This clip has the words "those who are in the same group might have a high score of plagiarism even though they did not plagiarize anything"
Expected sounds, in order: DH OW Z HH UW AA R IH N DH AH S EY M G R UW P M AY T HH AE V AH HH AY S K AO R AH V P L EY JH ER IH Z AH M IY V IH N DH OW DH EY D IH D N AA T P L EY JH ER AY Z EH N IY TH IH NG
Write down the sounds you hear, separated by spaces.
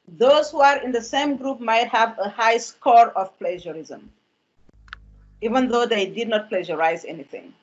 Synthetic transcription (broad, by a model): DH OW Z HH UW AA R IH N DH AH S EY M G R UW P M AY T HH AE V AH HH AY S K AO R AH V P L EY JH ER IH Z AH M IY V IH N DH OW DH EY D IH D N AA T P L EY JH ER AY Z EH N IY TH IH NG